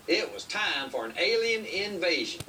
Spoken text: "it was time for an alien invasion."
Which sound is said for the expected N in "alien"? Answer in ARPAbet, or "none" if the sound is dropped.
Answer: N